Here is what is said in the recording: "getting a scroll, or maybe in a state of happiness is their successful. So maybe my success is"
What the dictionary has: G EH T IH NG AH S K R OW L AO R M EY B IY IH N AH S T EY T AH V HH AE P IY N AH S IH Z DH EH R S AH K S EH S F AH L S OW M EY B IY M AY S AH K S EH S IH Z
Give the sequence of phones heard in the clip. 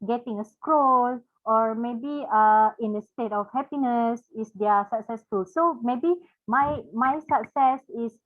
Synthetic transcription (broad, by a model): G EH T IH NG AH S K R OW L AO R M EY B IY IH N AH S T EY T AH F HH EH P IY N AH S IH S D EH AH S AH K S EH S F AH L S OW M EY B IY M AY S AH K S EH S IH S